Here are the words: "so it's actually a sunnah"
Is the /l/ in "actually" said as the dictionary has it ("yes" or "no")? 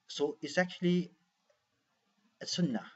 yes